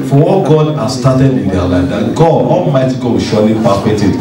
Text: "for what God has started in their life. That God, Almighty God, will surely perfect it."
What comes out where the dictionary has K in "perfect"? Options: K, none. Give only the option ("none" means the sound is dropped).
none